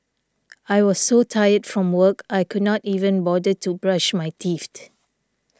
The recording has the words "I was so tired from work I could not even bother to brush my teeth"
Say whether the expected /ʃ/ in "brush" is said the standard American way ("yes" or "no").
yes